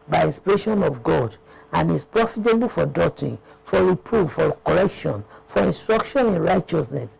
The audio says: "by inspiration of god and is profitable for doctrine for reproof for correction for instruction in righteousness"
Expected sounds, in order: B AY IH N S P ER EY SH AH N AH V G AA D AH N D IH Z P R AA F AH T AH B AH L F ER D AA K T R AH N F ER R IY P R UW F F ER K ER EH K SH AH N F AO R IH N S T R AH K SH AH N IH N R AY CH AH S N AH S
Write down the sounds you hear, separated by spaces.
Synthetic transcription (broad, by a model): B AY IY N S P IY EY SH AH N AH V G AA D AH N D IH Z P R AA F AH T AH B AH L F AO D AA T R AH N F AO R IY P R UW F F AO K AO EH K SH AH N F AO R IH N S T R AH K SH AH N IH N R AY CH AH S N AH S